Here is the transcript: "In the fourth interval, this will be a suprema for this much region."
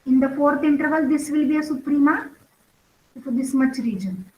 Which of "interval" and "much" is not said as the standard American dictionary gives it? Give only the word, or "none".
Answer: none